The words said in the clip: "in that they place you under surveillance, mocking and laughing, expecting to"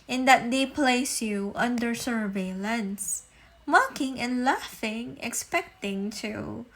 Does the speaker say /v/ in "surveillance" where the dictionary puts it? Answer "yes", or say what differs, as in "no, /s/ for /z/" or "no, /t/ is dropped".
yes